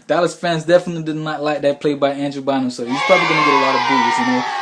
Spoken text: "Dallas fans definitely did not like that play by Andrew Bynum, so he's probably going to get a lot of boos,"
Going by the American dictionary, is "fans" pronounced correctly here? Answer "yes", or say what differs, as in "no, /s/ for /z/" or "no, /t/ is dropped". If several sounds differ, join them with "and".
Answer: yes